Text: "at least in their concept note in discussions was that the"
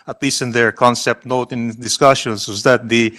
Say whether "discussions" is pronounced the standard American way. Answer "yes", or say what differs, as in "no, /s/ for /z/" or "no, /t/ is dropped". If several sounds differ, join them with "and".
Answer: no, /s/ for /z/